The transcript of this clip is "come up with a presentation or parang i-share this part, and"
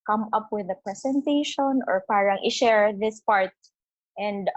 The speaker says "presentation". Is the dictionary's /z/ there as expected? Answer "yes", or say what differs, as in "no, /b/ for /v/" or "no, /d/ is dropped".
no, /s/ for /z/